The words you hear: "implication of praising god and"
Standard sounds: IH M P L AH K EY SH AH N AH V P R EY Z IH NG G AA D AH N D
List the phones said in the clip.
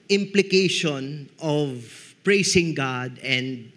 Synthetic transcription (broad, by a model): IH M P L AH K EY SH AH N AH V P R EY S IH NG G AA D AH N D